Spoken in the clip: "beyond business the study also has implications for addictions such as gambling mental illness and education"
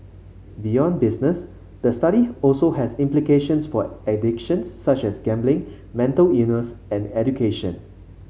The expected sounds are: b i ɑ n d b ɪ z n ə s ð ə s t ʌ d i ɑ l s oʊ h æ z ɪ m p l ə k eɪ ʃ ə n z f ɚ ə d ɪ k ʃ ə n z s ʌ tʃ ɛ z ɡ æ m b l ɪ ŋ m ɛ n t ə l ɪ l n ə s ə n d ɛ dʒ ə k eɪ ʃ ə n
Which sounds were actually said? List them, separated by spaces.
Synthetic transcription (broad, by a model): b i ɑ n b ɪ s n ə s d ə s t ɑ d i ɑ l s oʊ h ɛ s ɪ m p l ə k eɪ ʃ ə n s f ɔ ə d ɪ k ʃ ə n s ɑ tʃ ɛ s ɡ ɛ m b l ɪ ŋ m ɛ n t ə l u n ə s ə n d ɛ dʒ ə k eɪ ʃ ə n